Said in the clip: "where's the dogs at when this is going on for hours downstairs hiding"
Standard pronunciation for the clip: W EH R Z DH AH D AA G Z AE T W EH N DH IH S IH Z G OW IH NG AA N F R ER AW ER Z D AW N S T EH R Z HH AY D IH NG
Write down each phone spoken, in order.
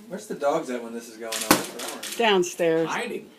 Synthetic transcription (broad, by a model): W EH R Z DH AH D AA G Z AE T W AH N DH IH S IH Z G OW IH NG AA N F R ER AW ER D AW N S T EH R Z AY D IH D